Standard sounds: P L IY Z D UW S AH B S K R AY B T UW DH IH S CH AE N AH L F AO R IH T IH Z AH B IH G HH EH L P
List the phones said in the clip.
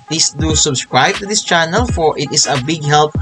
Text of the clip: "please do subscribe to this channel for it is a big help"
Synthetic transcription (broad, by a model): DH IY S D UW S AH B S K R AY B T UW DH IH S CH AE N AH L F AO R IH T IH S AH B IH G HH EH L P